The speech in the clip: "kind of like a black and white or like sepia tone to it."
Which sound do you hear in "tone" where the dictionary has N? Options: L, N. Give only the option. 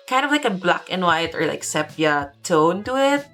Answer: N